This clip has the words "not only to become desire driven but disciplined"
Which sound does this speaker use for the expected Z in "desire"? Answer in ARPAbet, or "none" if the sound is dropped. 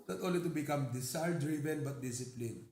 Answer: S